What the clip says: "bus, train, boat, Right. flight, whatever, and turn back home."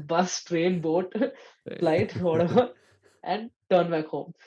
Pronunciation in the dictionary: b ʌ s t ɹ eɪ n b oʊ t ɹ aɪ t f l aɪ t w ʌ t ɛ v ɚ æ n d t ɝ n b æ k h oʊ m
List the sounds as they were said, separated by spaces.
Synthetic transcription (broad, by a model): b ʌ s t ɹ eɪ n b oʊ t l aɪ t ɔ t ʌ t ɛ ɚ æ n d t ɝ n b æ k h oʊ m